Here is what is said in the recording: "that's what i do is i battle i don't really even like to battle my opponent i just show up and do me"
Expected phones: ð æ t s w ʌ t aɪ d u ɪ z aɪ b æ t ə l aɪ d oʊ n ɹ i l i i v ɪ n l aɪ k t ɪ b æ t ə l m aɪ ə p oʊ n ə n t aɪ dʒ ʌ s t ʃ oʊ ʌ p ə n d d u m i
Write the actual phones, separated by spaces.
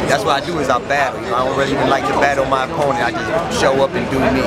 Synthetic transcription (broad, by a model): ð æ t s w ʌ t aɪ d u ɪ z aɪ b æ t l aɪ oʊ l ɹ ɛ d i i v ɪ n l aɪ k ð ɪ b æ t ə n m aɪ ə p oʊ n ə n aɪ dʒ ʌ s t ʃ oʊ ʌ p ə n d d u m i